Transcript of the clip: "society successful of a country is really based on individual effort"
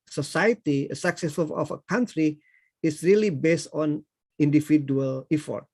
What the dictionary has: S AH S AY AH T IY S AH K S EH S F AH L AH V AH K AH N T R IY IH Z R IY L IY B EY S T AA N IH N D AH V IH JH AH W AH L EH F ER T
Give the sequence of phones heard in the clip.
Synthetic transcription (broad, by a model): S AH S AY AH T IY S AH K S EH S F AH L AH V AH K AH N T R IY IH S R IY L IY B EY S T AA N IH N D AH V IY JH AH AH L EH F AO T